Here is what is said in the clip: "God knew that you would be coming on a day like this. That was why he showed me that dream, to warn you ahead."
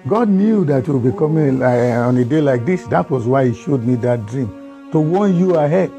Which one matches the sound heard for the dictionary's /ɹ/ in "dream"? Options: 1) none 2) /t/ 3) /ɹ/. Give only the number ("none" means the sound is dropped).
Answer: 3